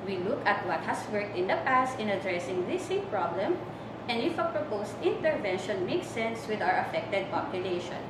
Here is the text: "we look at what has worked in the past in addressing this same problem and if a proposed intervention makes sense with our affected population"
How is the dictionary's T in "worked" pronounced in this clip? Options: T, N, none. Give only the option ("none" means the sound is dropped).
T